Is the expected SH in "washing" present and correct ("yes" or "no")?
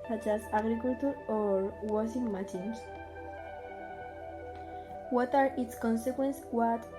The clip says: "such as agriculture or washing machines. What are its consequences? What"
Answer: no